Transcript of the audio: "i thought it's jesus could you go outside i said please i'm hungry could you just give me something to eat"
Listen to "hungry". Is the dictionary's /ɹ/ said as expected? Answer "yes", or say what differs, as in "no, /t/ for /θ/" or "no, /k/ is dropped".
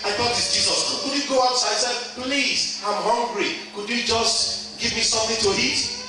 yes